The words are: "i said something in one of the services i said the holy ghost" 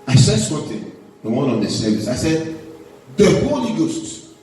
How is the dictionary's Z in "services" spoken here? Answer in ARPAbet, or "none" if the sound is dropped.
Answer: none